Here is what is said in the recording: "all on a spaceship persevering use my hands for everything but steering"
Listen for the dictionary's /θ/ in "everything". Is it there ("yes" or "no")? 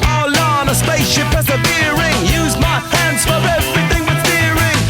yes